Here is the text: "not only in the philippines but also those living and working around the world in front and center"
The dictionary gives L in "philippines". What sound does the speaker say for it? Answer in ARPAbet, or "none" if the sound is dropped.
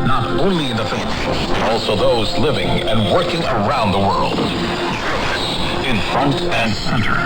none